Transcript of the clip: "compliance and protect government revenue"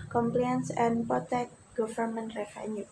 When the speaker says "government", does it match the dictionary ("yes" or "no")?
no